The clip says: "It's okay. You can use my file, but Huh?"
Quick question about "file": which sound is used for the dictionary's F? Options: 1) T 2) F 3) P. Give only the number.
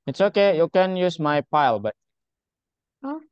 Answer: 3